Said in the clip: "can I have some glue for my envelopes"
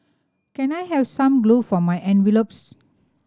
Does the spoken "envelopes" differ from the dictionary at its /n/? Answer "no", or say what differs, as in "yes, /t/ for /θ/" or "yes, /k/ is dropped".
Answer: no